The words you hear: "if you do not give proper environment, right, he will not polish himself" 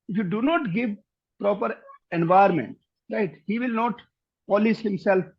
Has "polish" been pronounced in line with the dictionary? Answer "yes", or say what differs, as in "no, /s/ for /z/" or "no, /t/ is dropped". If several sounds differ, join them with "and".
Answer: no, /s/ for /ʃ/